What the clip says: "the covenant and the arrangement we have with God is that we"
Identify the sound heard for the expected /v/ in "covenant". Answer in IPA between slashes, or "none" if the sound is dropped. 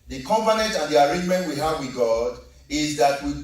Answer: /p/